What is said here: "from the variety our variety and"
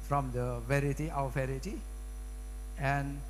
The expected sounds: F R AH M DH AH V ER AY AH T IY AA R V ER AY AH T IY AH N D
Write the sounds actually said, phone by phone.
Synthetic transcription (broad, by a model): F R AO M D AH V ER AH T IY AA W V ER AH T IY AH N